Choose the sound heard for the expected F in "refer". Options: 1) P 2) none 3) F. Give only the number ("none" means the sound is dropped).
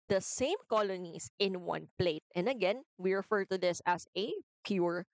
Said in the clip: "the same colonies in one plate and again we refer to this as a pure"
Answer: 3